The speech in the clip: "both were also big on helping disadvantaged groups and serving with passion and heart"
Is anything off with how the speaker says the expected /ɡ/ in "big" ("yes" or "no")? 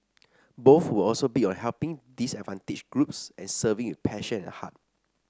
yes